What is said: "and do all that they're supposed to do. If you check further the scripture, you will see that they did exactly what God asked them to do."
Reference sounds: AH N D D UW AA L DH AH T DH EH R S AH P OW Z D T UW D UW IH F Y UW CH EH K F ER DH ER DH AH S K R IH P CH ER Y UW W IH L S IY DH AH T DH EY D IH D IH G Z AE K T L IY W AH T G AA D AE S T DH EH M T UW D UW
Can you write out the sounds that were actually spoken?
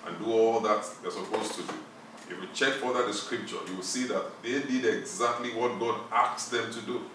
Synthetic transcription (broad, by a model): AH N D D UW AA L DH AH T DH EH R S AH P OW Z T UW D UW IH F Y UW CH EH K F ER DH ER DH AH S K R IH P CH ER Y UW W IH L S IY DH AH T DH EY D IH D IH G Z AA K T L IY W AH T G AA D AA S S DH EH M T UW D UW